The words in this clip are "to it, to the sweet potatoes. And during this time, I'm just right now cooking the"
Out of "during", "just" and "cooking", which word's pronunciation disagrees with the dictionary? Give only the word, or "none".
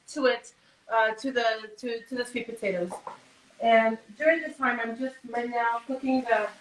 none